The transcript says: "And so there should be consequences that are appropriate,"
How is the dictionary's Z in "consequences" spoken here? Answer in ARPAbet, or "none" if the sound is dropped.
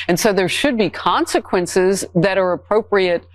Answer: Z